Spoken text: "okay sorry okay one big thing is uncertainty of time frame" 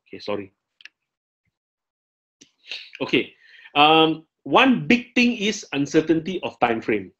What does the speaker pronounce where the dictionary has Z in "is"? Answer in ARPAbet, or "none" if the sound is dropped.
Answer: S